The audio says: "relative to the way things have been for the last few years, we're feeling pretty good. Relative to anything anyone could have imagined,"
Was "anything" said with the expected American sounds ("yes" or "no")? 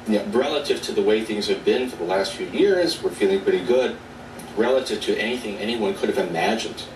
yes